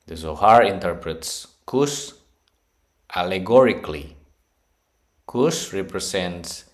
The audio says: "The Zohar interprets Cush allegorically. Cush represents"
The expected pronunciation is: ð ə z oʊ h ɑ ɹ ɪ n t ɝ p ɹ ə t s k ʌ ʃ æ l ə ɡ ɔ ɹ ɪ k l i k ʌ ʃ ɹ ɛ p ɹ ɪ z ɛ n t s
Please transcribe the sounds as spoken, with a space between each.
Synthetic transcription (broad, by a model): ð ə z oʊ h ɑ ɹ ɪ n t ɝ p ɹ ə t s k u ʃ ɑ l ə ɡ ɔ ɹ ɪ k l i k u s ɹ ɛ p ɹ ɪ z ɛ n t s